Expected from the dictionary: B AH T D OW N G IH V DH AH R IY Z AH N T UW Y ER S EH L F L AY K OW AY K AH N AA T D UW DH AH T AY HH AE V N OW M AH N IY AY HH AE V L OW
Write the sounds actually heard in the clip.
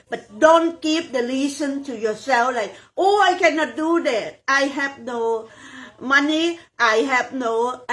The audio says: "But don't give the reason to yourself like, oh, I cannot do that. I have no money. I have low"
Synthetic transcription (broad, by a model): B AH T D OW N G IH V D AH L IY S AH N T UW Y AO S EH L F L AY K OW AY K AH N AA T D UW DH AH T AY HH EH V N OW M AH N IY AY HH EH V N OW